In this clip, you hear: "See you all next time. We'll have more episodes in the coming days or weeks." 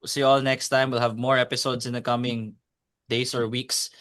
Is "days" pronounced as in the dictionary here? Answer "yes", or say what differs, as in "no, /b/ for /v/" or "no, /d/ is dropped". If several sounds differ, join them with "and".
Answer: no, /s/ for /z/